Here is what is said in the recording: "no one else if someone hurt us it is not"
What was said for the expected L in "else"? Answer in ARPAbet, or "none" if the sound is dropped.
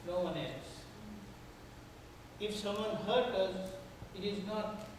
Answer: none